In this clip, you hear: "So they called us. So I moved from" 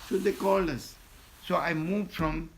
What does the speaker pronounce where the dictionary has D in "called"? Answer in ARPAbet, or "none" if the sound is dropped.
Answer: none